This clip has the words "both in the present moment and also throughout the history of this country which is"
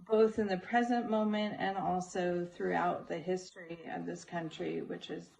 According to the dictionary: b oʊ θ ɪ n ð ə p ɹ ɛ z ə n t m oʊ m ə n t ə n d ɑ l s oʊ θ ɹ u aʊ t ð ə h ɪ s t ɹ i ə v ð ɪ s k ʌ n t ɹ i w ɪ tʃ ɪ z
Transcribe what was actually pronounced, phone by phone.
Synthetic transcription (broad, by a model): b oʊ θ ɪ n ð ə p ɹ ɛ z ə n m oʊ m ə n t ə n ɑ l s oʊ θ ɹ u aʊ t ð ə h ɪ s t ɹ i ə v ð ɪ s k ʌ n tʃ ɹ i w ɪ tʃ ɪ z